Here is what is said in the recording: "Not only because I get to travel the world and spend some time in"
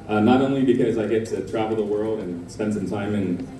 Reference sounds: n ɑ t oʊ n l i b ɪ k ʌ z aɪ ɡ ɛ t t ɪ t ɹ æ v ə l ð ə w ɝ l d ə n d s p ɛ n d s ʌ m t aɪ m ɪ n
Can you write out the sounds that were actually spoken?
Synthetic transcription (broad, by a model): n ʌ t oʊ n l i b ɪ k ʌ z aɪ ɡ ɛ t t ɪ t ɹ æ v l ð ə w ɝ l d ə n s p ɛ n d s ʌ m t aɪ m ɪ n